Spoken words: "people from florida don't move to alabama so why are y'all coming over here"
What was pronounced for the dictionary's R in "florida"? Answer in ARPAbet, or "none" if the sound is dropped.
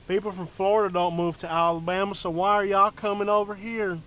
R